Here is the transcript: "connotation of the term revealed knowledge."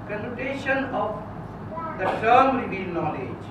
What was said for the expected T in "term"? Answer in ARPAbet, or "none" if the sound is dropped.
S